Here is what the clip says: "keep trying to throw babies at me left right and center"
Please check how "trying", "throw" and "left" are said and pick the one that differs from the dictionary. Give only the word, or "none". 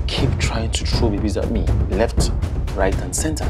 throw